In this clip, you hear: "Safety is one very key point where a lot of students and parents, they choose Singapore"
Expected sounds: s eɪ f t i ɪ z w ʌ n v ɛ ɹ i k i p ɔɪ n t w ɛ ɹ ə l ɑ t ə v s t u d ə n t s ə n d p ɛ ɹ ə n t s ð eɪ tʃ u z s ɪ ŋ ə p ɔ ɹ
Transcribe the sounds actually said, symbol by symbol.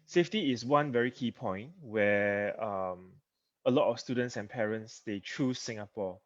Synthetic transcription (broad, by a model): s eɪ f t i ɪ s w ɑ n v ɛ ɹ i k i p ɔɪ n t w ɛ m ə l ɑ t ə f s t u d ə n t s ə n p ɛ ɹ ə n t s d eɪ tʃ u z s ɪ ŋ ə p ɔ